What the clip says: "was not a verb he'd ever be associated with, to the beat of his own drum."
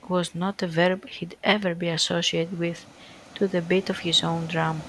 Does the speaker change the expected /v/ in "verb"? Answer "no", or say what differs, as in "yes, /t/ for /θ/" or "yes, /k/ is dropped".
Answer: no